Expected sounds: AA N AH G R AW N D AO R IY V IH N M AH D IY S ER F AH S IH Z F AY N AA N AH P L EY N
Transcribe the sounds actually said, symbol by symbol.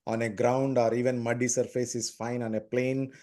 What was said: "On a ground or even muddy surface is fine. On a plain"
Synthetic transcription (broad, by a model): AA N AH G R AW N D AO R IY V IH N M AH D IY S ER F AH S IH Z F AY N AA N AH P L EY N